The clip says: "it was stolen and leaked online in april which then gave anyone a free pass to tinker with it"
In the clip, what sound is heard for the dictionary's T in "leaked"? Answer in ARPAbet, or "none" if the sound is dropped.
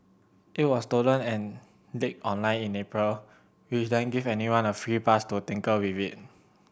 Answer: none